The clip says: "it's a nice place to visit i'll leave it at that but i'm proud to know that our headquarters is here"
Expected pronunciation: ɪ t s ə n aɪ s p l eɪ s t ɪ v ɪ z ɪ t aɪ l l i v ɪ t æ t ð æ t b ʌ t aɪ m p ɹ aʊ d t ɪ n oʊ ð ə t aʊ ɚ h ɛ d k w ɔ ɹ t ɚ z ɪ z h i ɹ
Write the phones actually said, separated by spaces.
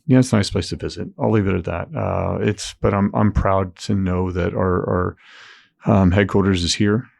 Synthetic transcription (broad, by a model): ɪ t s ə n aɪ s p l eɪ s t ɪ v ɪ z ɪ t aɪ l l i v ɪ t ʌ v ð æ t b ʌ t aɪ m p ɹ aʊ d t ɪ n oʊ ð ə t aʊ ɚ h ɛ d k w ɔ ɹ t ɚ z ɪ z h i ɹ